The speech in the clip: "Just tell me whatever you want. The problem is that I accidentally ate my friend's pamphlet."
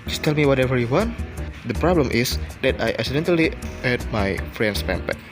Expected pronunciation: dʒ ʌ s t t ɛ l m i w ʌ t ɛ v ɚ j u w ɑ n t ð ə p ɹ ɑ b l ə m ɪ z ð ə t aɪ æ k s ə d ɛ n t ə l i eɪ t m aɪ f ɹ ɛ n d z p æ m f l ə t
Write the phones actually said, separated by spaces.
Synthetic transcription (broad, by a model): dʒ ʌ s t t ɛ l m i w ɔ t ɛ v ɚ j u w ɑ n t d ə p ɹ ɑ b l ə m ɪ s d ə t aɪ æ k s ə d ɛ n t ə l i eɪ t m aɪ f ɹ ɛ n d s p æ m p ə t